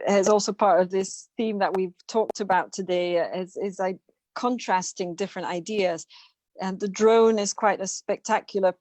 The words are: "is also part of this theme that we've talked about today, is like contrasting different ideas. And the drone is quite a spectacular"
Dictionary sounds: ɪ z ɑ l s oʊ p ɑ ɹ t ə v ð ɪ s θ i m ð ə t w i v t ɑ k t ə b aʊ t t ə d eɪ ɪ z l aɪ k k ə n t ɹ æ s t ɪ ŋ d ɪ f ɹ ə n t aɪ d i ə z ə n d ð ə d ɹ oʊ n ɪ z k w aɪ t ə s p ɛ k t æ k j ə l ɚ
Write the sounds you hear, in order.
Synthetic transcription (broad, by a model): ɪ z ɑ l s oʊ p ɑ ɹ t ə v ð ɪ s θ i m ð ə t w i v t ɑ k t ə b aʊ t t ə d eɪ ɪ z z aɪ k k ə n t ɹ æ s t ɪ ŋ d ɪ f ɹ ə n t aɪ d i ə z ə n ð ə d ɹ oʊ n ɪ z k w aɪ t ə s p ɛ k t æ k j l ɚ